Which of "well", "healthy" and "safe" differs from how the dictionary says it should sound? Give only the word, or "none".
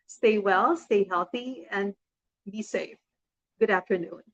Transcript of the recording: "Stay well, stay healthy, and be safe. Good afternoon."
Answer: none